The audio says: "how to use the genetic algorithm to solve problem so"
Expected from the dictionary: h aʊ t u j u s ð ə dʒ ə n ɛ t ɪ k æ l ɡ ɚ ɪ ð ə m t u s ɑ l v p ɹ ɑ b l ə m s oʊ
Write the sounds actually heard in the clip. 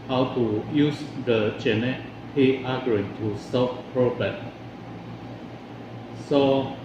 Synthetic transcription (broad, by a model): h aʊ t u j u s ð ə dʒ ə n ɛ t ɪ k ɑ ɡ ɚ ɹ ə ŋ t u s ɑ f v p ɹ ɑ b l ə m s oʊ